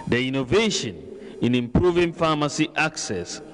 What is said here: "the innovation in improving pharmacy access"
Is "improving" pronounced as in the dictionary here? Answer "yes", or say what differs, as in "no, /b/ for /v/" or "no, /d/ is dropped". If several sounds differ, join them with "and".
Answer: yes